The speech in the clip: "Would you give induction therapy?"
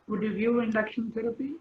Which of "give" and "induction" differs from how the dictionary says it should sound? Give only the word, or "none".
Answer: give